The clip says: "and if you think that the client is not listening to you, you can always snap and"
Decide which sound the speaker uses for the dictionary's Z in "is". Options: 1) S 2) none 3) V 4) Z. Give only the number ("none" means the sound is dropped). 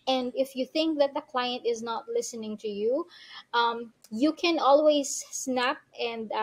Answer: 4